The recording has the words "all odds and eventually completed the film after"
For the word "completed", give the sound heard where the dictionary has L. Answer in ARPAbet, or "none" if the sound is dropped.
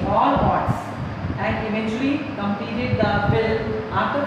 none